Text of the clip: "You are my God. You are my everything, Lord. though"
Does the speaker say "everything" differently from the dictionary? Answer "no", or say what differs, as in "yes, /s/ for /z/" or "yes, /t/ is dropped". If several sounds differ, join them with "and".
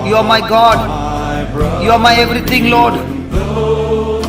yes, /t/ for /θ/